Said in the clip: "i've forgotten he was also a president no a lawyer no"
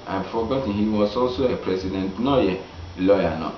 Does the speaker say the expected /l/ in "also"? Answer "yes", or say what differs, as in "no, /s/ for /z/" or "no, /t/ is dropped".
yes